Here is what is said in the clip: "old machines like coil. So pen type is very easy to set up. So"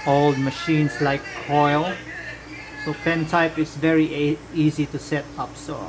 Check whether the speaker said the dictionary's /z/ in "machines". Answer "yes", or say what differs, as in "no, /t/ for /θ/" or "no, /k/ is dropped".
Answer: no, /s/ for /z/